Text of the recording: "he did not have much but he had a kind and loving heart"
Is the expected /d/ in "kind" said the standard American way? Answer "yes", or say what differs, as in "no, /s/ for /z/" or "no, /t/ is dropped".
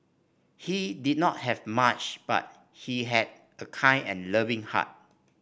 no, /d/ is dropped